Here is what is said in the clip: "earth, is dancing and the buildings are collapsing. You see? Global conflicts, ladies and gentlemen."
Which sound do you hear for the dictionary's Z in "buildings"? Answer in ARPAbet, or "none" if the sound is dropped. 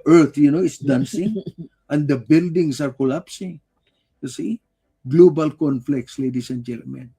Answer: S